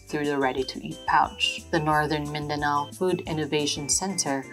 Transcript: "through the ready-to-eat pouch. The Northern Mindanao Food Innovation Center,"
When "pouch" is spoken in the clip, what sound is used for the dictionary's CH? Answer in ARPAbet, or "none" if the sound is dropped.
CH